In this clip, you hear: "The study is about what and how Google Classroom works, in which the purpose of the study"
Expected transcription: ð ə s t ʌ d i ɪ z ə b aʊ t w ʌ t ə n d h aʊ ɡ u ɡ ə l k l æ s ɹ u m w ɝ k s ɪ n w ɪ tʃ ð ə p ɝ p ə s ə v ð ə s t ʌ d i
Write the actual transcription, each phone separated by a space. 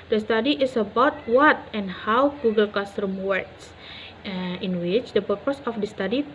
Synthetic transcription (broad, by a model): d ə s t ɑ d i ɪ s ə b aʊ t w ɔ t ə n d h aʊ ɡ u ɡ ə l k ɑ s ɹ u m w ɝ k s ɪ n w ɪ tʃ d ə p ɝ p ə s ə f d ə s t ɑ d i